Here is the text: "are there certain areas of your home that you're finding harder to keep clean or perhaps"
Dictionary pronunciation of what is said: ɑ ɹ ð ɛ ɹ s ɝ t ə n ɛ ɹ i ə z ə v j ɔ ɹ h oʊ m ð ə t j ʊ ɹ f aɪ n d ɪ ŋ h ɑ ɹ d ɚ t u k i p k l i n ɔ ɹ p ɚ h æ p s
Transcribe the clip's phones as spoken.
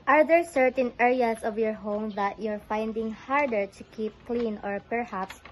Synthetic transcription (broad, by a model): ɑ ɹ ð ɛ ɹ s ɝ t ə n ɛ ɹ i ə s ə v j ɔ ɹ h oʊ m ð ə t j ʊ ɹ f aɪ n d ɪ ŋ h ɑ ɹ d ɚ t u k i p k l i n ɔ ɹ p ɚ h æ p s